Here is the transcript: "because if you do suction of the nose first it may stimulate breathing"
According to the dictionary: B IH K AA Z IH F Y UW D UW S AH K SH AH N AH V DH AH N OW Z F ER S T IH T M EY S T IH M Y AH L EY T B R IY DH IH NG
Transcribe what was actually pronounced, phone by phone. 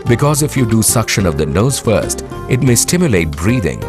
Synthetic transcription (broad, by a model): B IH K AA Z IH F Y UW D UW S AH K SH AH N AH V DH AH N OW Z F ER S T IH T M EY S T IH M Y AH L EY T B R IY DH IH NG